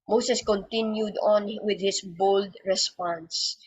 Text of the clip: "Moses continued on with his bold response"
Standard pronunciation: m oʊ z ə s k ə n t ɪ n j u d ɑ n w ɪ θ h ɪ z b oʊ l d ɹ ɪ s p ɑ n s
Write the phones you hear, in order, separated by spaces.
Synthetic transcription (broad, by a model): m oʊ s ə s k ə n t ɪ n j u d ɑ n w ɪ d h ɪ s b oʊ l d ɹ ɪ s p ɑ n s